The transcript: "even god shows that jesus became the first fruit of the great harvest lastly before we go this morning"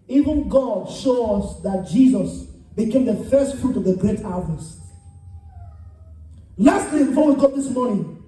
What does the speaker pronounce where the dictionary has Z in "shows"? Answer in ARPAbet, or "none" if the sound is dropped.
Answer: S